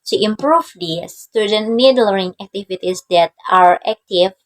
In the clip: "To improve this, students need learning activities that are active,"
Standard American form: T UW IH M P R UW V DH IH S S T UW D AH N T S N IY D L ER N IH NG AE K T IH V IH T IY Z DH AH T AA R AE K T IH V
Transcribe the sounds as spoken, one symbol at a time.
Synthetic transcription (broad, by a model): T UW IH M P R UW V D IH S S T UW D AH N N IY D L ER IH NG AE K T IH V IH T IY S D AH T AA R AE K T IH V